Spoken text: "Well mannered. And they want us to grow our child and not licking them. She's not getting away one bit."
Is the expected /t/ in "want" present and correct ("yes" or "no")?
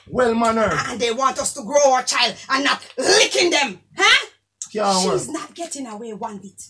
yes